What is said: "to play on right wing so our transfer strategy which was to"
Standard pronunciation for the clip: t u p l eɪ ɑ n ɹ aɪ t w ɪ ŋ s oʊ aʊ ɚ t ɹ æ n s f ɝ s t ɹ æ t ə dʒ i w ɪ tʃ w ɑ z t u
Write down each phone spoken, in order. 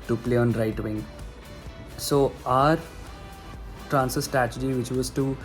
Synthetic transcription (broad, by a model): t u p l eɪ ɑ n ɹ aɪ t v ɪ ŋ s oʊ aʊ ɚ t ɹ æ n s ɝ s t ɹ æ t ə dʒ i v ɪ tʃ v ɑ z t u